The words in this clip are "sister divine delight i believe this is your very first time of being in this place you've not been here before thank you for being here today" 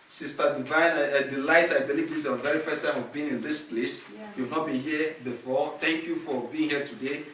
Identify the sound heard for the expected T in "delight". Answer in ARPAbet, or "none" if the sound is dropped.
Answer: T